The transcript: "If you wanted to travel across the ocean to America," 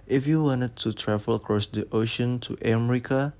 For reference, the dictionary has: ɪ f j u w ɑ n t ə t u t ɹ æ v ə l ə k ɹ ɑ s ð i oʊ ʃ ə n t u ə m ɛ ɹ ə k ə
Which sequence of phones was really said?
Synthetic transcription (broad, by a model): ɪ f j u w ɑ n t ə t u t ɹ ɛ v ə l ə k ɹ ɑ s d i oʊ ʃ ə n t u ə m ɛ ɹ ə k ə